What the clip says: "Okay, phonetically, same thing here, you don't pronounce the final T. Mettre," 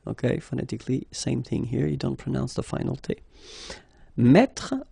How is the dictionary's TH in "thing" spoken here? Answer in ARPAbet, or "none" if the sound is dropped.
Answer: TH